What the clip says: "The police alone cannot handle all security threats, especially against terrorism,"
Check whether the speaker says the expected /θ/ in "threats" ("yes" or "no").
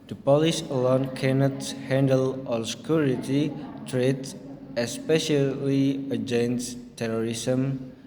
no